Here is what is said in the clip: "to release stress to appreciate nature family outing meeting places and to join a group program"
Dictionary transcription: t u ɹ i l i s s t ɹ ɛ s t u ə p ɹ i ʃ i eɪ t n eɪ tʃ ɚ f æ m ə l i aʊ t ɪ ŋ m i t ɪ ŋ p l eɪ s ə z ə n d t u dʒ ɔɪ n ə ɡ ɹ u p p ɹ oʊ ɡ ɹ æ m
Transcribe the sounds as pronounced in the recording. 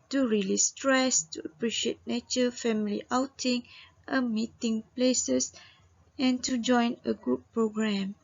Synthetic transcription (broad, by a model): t u ɹ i l i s s t ɹ ɛ s t u ə p ɹ i ʃ i eɪ t n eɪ tʃ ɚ f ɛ m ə l i aʊ t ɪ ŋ m i t ɪ ŋ p l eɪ s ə s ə n t u dʒ ɔɪ n ə ɡ u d p ɹ oʊ ɡ ɹ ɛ m